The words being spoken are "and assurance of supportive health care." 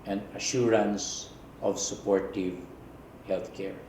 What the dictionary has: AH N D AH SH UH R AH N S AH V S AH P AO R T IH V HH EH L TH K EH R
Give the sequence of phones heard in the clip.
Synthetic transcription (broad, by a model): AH N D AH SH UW R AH N S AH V S AH P AO R T IH V HH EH L T K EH R